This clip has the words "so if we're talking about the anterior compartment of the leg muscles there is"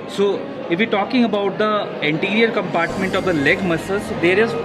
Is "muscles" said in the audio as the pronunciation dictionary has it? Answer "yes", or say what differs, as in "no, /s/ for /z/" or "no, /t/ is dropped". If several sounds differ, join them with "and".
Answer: no, /l/ is dropped